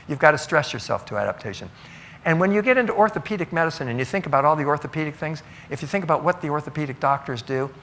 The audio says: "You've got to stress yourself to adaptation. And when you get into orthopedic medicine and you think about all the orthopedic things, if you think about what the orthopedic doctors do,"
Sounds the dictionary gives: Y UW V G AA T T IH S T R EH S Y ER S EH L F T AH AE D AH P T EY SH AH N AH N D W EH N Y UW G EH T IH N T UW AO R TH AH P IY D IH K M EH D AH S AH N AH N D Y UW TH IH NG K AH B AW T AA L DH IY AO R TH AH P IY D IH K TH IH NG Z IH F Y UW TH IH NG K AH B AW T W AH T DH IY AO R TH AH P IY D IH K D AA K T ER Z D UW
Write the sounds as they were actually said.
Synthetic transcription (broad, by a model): Y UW V G AA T T IH S T R EH S Y ER S EH L F T AH AE D AH P T EY SH AH N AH N W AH N Y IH G EH T IH N T UW AO R TH AH P IY D IH K M EH D AH S AH N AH N Y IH TH IH NG K AH B AW T AA L DH IY AO R TH AH P IY D IH K TH IH NG Z IH F Y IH TH IH NG K AH B AW T W AH T DH IY AO R TH AH P IY D IH K D AA K T ER Z D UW